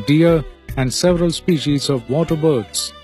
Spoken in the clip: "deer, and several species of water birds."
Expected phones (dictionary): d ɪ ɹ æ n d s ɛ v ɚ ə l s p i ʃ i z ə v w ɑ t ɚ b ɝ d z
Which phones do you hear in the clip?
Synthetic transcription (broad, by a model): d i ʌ æ n d s ɛ v ɚ ə l s p i ʃ i z ə v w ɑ t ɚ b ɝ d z